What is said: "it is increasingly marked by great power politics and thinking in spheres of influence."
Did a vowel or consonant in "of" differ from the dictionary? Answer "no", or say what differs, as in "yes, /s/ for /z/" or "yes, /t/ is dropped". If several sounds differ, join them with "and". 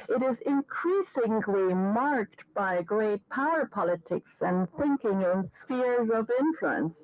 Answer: no